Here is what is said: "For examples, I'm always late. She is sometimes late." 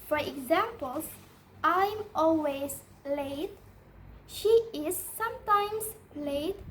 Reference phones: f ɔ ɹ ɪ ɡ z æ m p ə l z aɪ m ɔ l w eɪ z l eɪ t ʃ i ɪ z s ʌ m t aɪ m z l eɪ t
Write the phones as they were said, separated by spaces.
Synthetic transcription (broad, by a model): f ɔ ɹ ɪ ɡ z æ m p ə l s aɪ m ɔ l w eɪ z l eɪ t ʃ i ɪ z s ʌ m t aɪ m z l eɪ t